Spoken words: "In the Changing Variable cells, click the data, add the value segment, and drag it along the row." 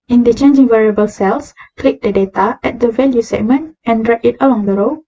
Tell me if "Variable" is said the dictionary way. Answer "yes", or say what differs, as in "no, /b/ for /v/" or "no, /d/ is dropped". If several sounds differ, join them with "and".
yes